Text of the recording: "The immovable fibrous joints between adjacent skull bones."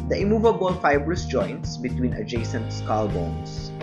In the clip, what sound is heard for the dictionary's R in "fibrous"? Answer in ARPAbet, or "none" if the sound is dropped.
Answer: R